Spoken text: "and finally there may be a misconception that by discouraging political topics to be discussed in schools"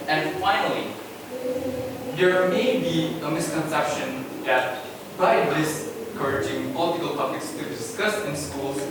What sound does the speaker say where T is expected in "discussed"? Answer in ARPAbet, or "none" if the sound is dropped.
none